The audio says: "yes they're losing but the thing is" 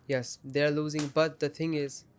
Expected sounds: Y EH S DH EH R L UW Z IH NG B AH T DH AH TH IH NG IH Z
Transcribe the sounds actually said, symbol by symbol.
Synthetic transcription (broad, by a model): Y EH S DH EH R L UW Z IH NG B AH T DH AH TH IH NG IH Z